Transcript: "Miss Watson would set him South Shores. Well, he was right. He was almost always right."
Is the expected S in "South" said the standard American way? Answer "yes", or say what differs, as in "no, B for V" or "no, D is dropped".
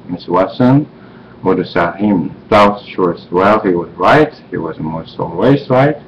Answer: no, TH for S